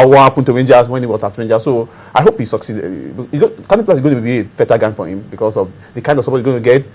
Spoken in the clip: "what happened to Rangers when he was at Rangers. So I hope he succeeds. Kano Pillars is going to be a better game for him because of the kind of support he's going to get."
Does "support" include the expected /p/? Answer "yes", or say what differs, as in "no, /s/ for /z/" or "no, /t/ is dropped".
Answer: no, /b/ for /p/